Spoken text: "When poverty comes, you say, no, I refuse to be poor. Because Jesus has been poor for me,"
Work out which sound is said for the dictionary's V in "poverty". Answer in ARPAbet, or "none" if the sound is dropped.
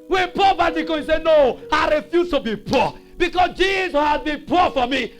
B